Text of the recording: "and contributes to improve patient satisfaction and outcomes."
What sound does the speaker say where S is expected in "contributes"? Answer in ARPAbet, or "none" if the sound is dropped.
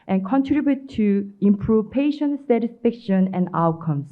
none